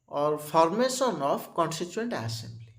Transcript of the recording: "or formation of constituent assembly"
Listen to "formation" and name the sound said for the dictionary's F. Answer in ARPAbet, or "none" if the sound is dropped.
P